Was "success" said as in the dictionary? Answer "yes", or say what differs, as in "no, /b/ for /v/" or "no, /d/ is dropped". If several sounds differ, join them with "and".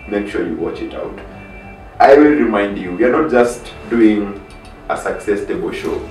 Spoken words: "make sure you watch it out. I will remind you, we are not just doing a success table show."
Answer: yes